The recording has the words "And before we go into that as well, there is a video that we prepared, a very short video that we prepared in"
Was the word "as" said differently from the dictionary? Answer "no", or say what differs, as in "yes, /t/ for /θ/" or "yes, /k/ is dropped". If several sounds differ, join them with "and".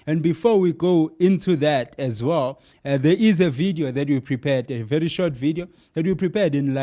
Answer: no